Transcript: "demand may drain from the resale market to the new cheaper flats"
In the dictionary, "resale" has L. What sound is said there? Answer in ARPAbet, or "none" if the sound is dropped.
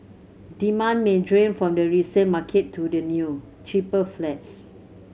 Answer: N